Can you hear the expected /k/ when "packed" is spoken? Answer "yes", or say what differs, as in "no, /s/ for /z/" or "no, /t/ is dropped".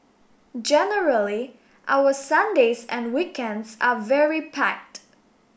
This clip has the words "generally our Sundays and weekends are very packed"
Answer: yes